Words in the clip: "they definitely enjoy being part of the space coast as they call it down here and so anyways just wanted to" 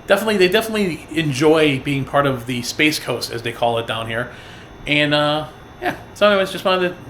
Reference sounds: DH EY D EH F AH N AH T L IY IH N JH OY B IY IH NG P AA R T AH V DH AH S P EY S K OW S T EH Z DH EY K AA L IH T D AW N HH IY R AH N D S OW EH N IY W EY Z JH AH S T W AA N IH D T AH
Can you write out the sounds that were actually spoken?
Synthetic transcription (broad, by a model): DH EY D EH F AH N AH T L IY IH N JH OY B IY IH NG P AA R T AH V DH AH S P EY S K OW S T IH Z DH EY K AA L IH T D AW N HH IY R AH N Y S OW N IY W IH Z JH AH S T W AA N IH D